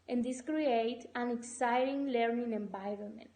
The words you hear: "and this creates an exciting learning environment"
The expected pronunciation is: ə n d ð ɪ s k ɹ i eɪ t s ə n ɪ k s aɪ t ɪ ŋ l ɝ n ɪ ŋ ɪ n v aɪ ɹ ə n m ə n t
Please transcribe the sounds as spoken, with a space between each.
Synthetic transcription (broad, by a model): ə n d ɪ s k ɹ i eɪ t ə n ɪ k s aɪ t ɪ ŋ l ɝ n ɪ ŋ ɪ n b aɪ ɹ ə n m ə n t